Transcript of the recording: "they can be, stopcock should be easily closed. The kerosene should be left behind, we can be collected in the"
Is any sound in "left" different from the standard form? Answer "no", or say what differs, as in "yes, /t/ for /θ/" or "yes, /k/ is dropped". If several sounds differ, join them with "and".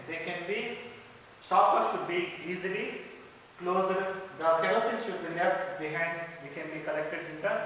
yes, /n/ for /l/